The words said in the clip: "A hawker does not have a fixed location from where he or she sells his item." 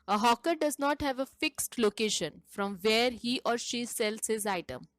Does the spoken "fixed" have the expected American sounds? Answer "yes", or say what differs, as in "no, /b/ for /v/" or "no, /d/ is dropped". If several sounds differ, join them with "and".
yes